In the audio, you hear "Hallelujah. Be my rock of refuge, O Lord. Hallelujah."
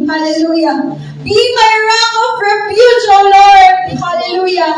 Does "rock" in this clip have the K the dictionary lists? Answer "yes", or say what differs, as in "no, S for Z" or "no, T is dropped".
no, K is dropped